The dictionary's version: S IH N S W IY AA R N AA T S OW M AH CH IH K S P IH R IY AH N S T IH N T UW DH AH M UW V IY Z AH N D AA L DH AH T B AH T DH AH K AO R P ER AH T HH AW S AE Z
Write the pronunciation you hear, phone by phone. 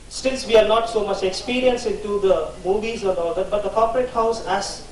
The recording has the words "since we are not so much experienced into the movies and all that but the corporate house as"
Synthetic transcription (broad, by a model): S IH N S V IY AA R N AA T S OW M AH CH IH K S P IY R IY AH N S IH N T UW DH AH M UW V IY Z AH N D AA L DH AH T B AH T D AH K AO R P ER AH T HH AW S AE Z